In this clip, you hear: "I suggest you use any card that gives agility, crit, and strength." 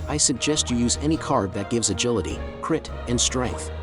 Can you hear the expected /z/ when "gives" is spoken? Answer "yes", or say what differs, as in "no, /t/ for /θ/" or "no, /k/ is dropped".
yes